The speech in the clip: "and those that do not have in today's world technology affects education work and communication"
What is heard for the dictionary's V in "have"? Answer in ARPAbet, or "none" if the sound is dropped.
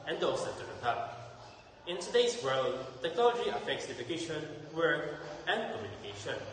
P